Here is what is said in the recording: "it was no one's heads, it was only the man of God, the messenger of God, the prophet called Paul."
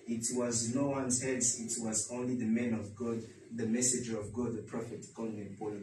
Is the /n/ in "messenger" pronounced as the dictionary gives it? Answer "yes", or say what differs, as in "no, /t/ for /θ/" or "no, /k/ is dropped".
no, /n/ is dropped